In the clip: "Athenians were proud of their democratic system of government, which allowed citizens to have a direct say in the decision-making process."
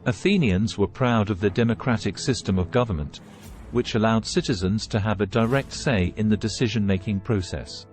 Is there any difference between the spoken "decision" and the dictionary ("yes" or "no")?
no